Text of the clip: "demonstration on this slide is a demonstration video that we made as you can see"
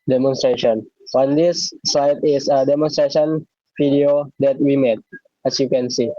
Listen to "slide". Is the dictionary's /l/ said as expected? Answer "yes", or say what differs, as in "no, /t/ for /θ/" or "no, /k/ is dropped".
no, /l/ is dropped